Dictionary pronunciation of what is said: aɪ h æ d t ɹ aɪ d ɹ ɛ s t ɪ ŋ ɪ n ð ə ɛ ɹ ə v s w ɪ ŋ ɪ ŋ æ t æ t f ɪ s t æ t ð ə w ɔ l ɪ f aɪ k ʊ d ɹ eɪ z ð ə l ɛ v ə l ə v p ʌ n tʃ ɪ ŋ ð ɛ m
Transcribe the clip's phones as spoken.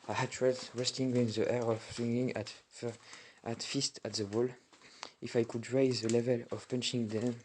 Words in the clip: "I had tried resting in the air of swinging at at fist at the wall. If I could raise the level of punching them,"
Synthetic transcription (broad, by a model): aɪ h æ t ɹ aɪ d ɹ ɛ s t ɪ ŋ ɪ n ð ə ɛ ɹ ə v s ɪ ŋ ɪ ŋ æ t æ t f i s t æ t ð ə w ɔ l ɪ f aɪ k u d ɹ eɪ z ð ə l ɛ v ə l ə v p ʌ n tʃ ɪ ŋ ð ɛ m